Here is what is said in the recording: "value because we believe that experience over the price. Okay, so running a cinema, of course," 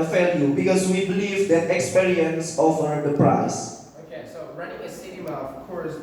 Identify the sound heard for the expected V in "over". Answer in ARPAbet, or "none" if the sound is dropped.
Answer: F